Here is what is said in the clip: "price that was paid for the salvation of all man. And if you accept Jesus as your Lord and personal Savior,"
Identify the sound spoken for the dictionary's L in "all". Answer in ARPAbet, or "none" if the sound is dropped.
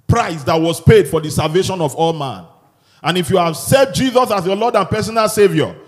L